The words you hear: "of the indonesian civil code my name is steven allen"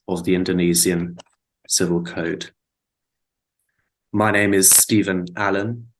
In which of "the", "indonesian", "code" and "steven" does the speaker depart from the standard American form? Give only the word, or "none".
indonesian